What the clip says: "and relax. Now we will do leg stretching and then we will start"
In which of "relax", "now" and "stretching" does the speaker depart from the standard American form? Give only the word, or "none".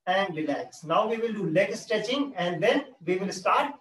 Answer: stretching